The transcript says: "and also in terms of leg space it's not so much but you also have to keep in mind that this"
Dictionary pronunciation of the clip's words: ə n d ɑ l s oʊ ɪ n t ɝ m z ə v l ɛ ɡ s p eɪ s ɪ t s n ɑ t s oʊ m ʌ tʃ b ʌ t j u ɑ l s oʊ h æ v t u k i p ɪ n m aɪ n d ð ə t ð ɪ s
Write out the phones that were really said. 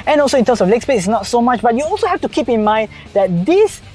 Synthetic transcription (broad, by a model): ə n ɑ l s oʊ ɪ n t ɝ m s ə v l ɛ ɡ s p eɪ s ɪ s n ɑ t s oʊ m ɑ tʃ b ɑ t j u ɑ l s oʊ h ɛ f t u k i p ɪ n m aɪ n d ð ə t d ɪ s